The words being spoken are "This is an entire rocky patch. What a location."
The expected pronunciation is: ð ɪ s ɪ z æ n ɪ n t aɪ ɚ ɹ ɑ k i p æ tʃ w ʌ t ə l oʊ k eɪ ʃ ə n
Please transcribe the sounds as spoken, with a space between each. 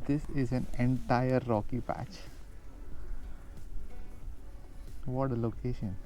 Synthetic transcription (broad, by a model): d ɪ s ɪ z æ n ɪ n t aɪ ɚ ɹ ɑ k i p æ tʃ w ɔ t ə l oʊ k eɪ ʃ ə n